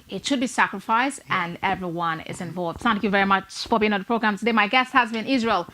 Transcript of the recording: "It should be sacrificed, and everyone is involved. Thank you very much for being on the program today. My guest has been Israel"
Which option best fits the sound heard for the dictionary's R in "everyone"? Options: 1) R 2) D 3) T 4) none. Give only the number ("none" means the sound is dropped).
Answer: 1